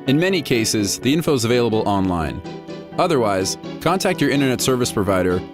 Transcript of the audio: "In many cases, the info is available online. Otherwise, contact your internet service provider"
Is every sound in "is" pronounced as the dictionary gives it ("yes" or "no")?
yes